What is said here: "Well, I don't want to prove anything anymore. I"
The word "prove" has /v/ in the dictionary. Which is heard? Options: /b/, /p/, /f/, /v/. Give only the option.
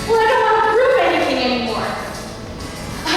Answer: /p/